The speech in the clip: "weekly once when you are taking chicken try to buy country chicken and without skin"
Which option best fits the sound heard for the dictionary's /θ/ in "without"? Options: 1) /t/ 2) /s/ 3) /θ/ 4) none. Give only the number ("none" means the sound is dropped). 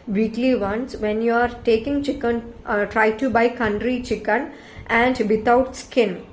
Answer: 1